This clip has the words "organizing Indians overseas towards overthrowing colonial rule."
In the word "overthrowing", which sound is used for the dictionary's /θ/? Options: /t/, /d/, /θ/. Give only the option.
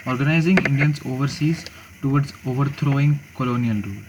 /t/